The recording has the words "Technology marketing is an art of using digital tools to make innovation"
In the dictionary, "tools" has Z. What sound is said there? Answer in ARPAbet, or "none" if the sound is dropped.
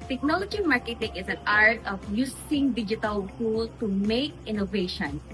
none